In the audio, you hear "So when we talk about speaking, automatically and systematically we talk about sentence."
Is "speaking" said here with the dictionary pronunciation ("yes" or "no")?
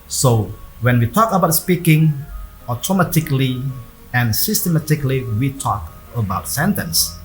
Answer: yes